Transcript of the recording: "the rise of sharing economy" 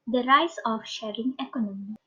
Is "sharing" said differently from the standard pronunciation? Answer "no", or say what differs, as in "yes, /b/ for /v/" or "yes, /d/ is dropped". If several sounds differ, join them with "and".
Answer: no